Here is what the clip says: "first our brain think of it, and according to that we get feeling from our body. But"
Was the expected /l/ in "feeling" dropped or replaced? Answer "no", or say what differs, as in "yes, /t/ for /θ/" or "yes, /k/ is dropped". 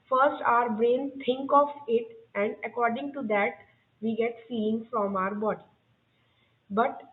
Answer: yes, /l/ is dropped